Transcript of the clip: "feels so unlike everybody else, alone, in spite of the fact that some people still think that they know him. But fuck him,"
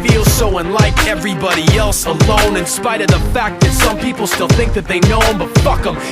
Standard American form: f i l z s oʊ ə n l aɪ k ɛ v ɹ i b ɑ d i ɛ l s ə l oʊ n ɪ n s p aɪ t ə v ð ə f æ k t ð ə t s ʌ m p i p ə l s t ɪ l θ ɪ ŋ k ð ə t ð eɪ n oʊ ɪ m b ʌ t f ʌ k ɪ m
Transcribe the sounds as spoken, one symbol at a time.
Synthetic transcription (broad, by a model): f i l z s oʊ ə n l aɪ k ɛ v ɹ i b ɑ d i ɛ l s ə l oʊ n ɪ n s p aɪ t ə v ð ə f æ k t ð ə t s ʌ m p i p l s t ɪ l θ ɪ ŋ k ð ə t ð eɪ n oʊ ɪ m b ʌ t f ʌ k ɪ m